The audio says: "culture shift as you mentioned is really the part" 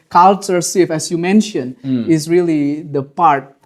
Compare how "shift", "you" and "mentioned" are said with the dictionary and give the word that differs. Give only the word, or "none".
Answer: shift